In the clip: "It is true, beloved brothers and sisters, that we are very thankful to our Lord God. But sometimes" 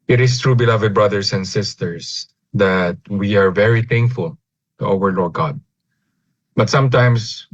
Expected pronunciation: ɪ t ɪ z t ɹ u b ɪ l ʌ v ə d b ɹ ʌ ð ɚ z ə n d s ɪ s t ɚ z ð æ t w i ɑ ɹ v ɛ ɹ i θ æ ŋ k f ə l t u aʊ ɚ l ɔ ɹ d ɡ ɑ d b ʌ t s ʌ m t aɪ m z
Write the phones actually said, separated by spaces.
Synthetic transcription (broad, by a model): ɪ t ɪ s t ɹ u b ɪ l ʌ v ə d b ɹ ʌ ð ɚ s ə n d s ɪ s t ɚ s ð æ t w i ɑ ɹ v ɛ ɹ i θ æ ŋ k f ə l t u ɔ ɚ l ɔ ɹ ɡ ɑ d b ʌ t s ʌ m t aɪ m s